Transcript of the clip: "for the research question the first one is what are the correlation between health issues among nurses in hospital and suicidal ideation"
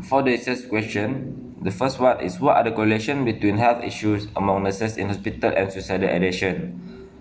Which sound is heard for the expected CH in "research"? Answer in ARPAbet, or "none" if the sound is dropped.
S